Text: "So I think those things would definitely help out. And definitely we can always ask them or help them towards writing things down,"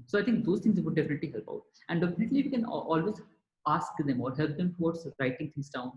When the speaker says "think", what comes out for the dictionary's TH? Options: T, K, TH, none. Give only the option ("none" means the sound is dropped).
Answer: T